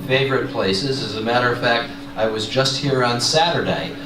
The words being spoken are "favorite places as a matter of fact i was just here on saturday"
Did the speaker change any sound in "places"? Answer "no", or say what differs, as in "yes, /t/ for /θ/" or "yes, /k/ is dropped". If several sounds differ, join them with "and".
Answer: no